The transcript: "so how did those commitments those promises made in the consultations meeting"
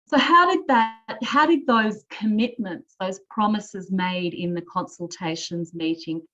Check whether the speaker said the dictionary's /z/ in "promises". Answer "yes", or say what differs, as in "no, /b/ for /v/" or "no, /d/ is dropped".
yes